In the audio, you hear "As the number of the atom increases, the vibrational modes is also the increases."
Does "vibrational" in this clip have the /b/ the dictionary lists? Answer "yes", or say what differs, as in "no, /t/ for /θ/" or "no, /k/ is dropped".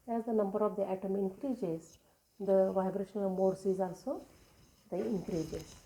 yes